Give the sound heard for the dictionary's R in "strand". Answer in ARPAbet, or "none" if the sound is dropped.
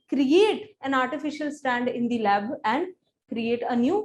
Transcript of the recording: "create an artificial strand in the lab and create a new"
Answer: none